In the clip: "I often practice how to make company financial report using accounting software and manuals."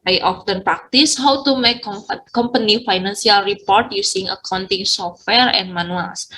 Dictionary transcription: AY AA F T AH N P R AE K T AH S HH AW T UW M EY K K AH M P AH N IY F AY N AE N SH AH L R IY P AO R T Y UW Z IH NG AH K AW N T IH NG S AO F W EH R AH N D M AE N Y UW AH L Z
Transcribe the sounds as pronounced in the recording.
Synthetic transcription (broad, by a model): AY AA F T AH N P R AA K T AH S HH AW T UW M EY K K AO M P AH N IY F AY N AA N S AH L R IY P AO R T Y UW S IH NG AH K AW N T IH NG S AO F W EH R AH N M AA N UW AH L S